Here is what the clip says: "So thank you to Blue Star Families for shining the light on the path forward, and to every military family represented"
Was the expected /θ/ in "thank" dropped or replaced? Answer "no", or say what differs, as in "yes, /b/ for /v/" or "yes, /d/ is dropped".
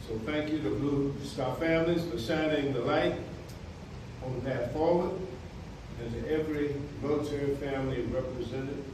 no